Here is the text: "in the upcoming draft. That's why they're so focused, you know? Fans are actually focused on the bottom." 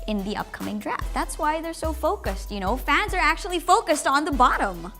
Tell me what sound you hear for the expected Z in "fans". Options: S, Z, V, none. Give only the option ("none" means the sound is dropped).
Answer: Z